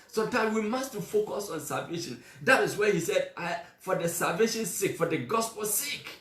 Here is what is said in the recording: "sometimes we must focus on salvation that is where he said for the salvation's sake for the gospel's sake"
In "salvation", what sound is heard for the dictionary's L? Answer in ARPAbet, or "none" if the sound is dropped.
L